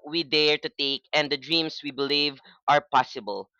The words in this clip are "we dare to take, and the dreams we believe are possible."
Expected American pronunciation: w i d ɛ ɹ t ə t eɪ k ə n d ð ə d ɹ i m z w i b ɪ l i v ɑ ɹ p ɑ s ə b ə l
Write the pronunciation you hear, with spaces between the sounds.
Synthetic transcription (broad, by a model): w i d ɛ ɹ t ə t eɪ k ə n d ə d ɹ i m s w i b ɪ l i v ɑ ɹ p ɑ s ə b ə l